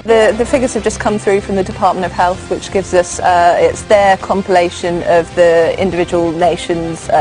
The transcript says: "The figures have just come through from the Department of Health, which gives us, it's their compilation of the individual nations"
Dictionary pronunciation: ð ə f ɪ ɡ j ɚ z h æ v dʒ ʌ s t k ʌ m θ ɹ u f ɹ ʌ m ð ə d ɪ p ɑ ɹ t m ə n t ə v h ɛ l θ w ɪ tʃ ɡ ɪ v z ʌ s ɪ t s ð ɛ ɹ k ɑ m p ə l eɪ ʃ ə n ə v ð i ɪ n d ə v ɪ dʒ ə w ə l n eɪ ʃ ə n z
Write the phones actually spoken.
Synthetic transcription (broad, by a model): ð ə f ɪ ɡ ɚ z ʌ v dʒ ʌ s k ʌ m θ ɹ u f ɹ ʌ m ð ə d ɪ p ɑ t m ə n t ə v h ɛ l θ w ɪ tʃ ɡ ɪ v z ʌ s ɪ t s ð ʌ k ɑ m p ə l eɪ ʃ ə n ə v ð i ɪ n d ə v ɪ dʒ ə w ə l n eɪ ʃ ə n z